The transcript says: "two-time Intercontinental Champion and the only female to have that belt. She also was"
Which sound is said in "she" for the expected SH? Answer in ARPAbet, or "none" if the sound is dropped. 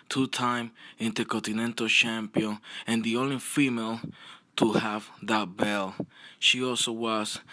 SH